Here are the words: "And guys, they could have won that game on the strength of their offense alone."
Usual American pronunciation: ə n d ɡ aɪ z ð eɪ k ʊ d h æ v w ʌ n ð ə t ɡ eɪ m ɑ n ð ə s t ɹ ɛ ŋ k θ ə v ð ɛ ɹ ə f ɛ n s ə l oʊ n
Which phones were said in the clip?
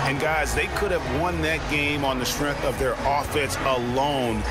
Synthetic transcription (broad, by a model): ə n ɡ aɪ z ð eɪ k ʊ d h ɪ v w ʌ n ð ə t ɡ eɪ m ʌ n ð ə s t ɹ ɛ ŋ k θ ə v ð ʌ ɹ ə f ɛ n s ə l oʊ n